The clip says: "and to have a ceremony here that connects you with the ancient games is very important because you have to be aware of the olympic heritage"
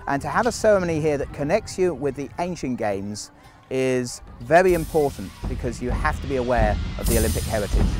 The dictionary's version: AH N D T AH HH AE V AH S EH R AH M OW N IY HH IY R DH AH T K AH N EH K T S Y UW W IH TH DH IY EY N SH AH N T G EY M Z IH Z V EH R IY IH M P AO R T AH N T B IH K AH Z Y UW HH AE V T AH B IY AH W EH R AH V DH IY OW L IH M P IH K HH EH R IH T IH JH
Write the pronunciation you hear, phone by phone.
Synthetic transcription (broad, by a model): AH N T AH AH V AH S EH R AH M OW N IY HH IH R DH AH T K AH N EH K T S Y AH W IH DH IY EY N SH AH N G EY M Z IH Z V EH R IY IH M P AO R T N B IH K AH Z Y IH HH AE F T AH B IY AH W EH R AH V DH IY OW L IH M P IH K HH EH R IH T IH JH